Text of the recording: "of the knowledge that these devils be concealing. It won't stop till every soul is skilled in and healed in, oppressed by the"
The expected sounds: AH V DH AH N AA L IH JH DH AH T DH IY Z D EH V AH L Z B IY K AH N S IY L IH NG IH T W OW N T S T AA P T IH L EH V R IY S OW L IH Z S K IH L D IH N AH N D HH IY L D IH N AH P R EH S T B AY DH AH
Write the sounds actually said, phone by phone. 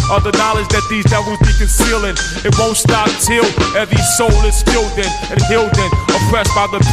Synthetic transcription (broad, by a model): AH DH AH N AA L IH JH DH AH T DH IY Z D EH W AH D B IY K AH N S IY L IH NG IH T W OW N T S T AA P T IH L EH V IY S OW L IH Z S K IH L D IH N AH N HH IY L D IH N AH P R EH S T B AY DH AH